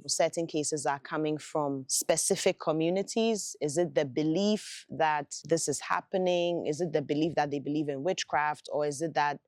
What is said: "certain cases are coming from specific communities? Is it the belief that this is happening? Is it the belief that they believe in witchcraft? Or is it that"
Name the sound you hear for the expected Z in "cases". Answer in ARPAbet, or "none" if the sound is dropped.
Z